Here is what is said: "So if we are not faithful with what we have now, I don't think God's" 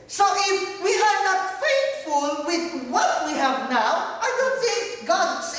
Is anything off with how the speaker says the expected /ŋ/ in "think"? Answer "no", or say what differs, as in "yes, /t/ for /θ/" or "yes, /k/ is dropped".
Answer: yes, /ŋ/ is dropped